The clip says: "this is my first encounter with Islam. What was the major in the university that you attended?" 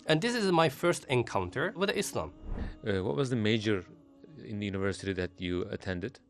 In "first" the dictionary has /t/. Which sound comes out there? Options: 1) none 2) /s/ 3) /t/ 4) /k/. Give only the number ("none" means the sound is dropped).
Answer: 3